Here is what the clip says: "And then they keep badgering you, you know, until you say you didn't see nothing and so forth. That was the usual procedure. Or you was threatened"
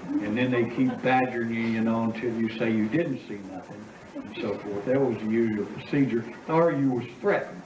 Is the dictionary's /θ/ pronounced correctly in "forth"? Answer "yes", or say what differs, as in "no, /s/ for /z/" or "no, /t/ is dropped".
yes